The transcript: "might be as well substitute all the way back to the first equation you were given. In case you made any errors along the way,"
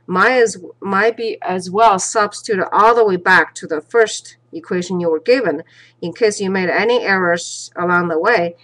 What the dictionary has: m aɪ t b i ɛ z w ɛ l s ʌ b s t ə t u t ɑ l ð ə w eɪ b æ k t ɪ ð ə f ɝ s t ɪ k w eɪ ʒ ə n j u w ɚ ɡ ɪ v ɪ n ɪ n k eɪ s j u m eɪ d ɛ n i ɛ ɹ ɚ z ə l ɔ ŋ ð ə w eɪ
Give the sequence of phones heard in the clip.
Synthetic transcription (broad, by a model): m aɪ t b i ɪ z w ɛ l s ʌ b s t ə t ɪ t ɑ l ð ə w eɪ b æ k t ɪ ð ə f ɝ s t ɪ k w eɪ ʒ ə n j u w ɚ ɡ ɪ v ɪ n ɪ n k eɪ s j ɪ m eɪ d ɛ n i ɛ ɹ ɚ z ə l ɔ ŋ ð ə w eɪ